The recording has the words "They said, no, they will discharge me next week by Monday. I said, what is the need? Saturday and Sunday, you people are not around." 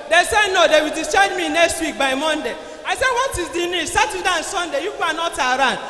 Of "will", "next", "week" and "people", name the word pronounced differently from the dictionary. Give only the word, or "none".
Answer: people